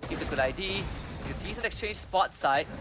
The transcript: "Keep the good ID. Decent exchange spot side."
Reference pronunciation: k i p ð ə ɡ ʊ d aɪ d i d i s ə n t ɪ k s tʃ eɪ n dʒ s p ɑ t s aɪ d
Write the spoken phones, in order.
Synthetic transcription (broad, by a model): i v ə ɡ ʊ d aɪ d i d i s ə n ɪ k s tʃ eɪ n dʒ s p ɑ t s aɪ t